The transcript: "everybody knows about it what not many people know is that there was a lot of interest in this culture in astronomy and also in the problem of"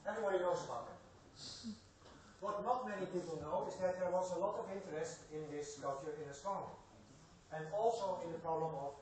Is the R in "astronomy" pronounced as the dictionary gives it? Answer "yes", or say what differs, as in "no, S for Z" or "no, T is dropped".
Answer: no, R is dropped